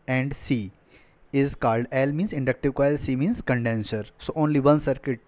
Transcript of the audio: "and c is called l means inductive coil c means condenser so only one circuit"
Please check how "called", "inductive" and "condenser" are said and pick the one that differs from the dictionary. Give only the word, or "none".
none